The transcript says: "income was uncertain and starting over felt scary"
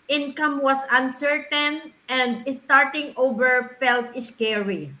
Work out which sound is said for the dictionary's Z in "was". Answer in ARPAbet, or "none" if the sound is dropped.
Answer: S